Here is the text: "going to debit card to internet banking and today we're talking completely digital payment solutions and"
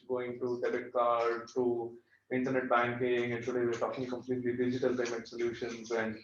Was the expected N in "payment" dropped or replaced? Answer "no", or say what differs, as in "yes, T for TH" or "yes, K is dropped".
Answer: yes, N is dropped